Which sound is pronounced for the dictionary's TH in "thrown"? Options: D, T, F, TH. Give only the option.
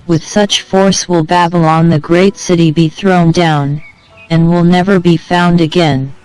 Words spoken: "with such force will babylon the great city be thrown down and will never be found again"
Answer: TH